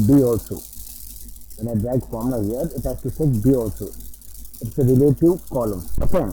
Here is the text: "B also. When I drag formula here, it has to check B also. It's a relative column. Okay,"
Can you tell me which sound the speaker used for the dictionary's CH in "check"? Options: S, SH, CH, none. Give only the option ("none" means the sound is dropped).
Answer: S